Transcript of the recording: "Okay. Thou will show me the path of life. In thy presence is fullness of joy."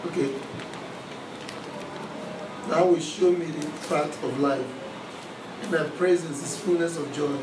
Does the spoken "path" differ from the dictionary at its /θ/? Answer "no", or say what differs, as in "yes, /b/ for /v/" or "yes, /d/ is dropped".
yes, /t/ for /θ/